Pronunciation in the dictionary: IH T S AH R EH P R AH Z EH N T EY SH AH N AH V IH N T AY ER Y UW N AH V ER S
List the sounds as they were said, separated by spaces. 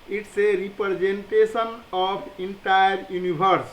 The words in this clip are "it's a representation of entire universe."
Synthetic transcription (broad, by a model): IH T S AH R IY P R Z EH N T EY S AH N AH P IH N T AY ER Y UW N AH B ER S